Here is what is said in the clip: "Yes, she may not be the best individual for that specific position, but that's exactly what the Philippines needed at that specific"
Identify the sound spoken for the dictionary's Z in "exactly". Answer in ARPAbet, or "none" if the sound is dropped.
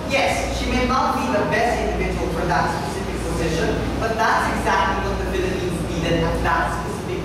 Z